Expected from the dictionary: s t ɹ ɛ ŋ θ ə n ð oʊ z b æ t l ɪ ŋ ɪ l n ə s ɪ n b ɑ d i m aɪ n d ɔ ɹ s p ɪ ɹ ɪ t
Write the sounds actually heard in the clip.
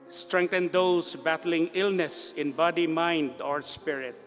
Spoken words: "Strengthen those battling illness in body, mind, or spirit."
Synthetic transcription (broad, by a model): s t ɹ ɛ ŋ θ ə n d oʊ s b æ t l ɪ ŋ ɪ l n ə s ɪ n b ɑ d i m aɪ n d ɔ ɹ s p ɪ ɹ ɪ t